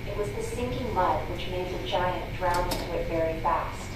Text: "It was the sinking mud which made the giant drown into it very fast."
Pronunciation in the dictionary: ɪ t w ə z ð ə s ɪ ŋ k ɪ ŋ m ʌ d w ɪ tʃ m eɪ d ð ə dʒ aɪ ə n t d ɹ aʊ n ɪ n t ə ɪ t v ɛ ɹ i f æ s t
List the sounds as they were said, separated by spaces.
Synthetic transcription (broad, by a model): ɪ t w ə z ð ə s ɪ ŋ k ɪ ŋ m ʌ d w ɪ tʃ m eɪ d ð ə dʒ aɪ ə n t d ɹ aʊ ɪ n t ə ɪ t v ɛ ɹ i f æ s t